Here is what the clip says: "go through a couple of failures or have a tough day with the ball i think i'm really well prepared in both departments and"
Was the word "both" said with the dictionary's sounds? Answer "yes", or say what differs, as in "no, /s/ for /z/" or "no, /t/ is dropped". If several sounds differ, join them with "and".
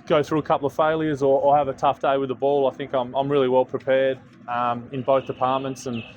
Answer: yes